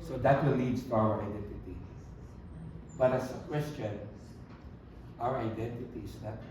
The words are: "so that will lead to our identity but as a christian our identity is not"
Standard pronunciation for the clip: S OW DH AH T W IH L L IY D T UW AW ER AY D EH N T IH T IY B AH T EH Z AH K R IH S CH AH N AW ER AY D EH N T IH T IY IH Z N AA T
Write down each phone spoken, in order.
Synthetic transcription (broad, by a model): S OW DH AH T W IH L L IY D T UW AW ER AY D EH N T IH T IY B AH T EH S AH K W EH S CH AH N AW ER AY D EH N T IH T IY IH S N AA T